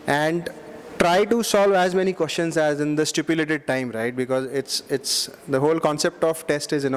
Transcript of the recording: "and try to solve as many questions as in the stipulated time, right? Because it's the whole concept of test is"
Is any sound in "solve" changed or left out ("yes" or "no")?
no